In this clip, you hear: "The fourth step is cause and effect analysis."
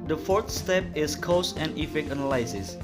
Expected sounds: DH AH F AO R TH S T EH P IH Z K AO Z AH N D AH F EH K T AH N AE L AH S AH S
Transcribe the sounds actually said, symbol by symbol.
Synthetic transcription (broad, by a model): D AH F AO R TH S T EH P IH S K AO S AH N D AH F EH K AH N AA L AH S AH S